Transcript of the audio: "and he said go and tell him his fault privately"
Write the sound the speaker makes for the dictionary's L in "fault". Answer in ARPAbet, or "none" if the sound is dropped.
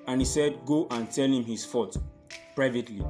none